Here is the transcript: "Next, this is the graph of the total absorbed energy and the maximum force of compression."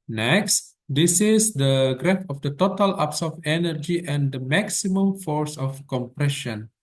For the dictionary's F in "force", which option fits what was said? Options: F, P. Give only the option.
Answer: F